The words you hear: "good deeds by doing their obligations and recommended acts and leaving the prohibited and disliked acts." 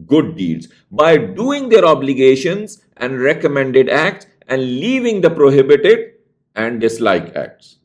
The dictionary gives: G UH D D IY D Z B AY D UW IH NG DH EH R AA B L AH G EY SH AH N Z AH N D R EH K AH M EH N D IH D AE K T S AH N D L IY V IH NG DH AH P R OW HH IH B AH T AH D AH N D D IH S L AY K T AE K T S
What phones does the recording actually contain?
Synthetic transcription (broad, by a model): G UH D D IY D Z B AY D UW IH NG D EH R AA B L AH G EY SH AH N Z AH N D R EH K AH M EH N D IH D AE K T S AH N D L IY V IH NG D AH P R OW HH IH B AH T AH D AH N D D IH S L AY K AE K T S